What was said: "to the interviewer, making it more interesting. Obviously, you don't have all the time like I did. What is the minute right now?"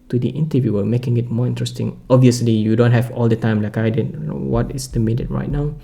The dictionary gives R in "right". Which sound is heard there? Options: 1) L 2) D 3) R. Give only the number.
3